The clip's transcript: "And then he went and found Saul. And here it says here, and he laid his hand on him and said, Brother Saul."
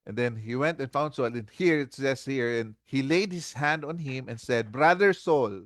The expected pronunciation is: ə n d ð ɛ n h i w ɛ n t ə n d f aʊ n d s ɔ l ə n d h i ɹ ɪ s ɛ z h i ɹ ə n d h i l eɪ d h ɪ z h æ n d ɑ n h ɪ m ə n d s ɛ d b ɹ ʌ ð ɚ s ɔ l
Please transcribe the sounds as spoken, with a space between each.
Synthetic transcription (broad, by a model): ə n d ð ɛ n h i w ɛ n t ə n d f aʊ n d s ɔ l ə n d h i ɹ ɪ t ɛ s h i ɹ ə n d h i l eɪ d h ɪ s h æ n d ɑ n h ɪ m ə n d s ɛ d b ɹ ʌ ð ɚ s ɔ l